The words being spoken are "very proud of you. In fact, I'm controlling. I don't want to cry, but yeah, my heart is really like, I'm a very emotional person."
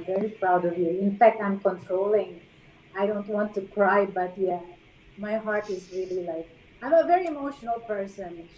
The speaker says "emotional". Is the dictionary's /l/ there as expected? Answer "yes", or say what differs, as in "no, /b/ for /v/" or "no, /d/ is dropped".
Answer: yes